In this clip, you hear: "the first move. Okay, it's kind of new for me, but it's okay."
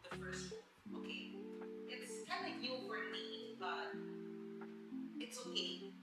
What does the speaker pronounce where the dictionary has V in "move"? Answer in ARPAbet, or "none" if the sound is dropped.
none